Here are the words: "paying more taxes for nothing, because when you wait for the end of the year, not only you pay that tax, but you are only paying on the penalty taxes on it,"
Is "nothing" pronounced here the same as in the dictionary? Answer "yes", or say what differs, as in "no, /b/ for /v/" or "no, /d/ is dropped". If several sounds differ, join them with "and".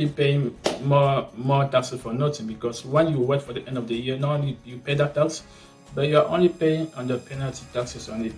no, /t/ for /θ/